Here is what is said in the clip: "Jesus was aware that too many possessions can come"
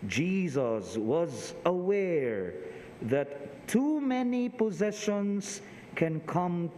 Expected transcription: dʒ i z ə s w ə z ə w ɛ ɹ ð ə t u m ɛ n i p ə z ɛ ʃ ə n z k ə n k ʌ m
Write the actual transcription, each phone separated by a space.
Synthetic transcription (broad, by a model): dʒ i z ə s w ə z ə w ɛ ɹ ð ə t u m ɛ n i p ə z ɛ ʃ ə n z k ə n k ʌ m